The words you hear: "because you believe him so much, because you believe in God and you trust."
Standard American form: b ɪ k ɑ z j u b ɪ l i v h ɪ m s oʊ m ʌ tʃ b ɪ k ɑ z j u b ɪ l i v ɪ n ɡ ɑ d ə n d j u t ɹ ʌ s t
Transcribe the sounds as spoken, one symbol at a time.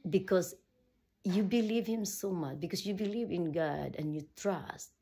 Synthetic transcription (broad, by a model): b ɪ k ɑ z j u b ɪ l i v h ɪ m s oʊ m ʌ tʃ b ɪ k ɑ s j u b ɪ l i v ɪ n ɡ ɑ d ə n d j u t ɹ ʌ s t